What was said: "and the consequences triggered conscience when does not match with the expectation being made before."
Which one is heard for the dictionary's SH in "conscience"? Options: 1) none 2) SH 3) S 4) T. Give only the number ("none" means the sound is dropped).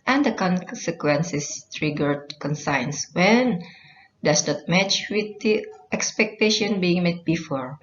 3